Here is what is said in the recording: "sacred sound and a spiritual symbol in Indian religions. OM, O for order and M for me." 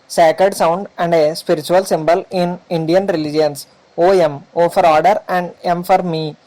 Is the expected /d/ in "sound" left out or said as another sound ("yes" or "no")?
no